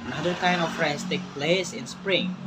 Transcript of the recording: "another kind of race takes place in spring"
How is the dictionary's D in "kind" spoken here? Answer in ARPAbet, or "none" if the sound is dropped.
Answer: none